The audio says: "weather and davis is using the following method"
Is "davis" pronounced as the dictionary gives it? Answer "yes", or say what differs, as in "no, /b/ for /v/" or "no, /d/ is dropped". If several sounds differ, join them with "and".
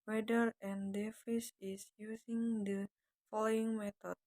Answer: no, /f/ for /v/